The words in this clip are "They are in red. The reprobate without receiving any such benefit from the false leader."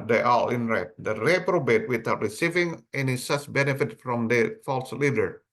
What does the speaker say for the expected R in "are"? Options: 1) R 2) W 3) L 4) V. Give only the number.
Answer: 3